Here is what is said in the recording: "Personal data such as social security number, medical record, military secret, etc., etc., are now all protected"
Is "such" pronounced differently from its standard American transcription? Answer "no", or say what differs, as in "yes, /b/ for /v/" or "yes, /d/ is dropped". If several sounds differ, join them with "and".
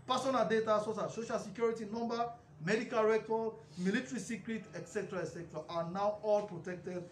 yes, /s/ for /tʃ/